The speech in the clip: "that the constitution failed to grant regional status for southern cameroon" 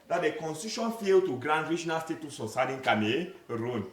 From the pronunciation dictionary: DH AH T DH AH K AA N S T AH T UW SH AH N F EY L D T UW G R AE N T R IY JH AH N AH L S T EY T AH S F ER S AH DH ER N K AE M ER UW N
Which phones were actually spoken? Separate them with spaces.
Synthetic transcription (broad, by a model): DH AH T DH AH K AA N S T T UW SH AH N F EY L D T UW G R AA N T R IY JH AH N AH L S T EY T AH S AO S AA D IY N K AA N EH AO N